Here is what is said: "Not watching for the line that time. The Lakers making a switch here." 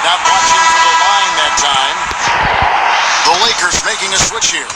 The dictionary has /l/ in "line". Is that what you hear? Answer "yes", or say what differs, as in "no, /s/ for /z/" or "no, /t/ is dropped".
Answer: no, /n/ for /l/